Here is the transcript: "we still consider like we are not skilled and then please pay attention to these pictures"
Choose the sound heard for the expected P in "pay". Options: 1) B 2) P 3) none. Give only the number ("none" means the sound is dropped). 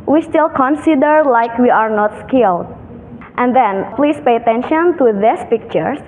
2